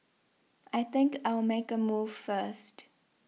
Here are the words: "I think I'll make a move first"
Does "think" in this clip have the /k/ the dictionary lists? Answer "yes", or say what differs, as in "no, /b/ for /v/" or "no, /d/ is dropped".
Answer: yes